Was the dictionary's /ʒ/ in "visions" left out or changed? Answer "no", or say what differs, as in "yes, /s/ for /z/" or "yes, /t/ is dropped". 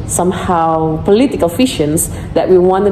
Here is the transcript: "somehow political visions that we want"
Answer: yes, /ʃ/ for /ʒ/